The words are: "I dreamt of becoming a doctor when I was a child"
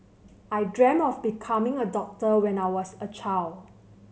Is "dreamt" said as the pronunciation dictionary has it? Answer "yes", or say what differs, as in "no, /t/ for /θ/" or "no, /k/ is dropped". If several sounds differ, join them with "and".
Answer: no, /t/ is dropped